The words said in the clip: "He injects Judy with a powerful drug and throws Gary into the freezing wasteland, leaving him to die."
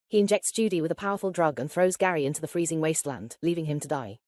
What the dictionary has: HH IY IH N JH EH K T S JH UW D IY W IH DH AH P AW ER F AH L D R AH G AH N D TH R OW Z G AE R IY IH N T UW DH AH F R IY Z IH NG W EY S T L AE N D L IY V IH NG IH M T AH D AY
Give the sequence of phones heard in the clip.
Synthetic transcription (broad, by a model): HH IY IH N JH EH K T S JH UW D IY W IH DH AH P AW ER F AH L D R AH G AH N TH R OW Z G AE R IY IH N T UW DH AH F R IY Z IH NG W EY S T L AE N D L IY V IH NG IH M T AH D AY